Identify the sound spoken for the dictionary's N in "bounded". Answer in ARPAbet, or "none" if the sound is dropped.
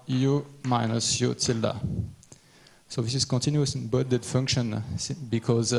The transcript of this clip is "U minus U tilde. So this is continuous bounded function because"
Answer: none